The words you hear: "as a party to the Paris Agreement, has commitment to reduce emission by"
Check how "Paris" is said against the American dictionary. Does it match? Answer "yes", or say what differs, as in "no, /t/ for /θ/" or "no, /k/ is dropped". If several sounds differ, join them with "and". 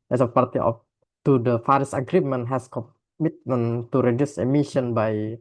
no, /f/ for /p/